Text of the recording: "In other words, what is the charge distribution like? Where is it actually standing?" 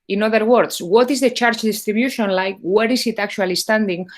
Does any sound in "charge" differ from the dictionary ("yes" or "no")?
yes